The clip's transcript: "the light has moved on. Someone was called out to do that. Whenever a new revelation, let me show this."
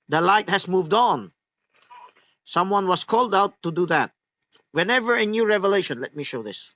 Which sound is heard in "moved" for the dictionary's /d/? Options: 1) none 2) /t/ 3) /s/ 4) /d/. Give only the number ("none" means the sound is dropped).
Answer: 4